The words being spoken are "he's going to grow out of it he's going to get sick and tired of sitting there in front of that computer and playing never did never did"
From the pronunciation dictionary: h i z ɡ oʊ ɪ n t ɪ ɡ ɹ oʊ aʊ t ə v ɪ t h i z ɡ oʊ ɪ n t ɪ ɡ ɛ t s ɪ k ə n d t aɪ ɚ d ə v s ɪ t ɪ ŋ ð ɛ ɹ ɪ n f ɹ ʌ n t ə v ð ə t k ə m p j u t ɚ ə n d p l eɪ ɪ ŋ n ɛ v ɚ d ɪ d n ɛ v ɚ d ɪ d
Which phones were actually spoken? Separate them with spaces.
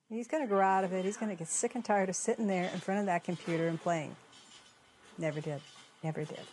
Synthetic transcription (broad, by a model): h i z ɡ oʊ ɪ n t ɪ ɡ oʊ aʊ t ə v ɪ t h i z ɡ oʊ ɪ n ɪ ɡ ɛ t s ɪ k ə n t aɪ ɚ d ə v s ɪ t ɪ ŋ ð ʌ ɹ ɪ n f ɹ ʌ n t ə v ð ə t k ə m p j u t ɚ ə n p l eɪ ɪ ŋ n ɛ v ɚ d ɪ d n ɛ v ɚ d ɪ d